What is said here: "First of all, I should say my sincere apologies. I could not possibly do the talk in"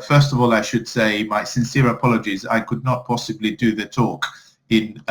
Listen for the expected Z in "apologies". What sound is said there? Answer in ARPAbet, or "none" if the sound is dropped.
Z